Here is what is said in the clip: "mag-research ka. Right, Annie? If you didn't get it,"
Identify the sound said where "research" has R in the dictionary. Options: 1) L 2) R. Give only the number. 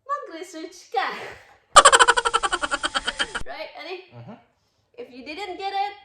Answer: 1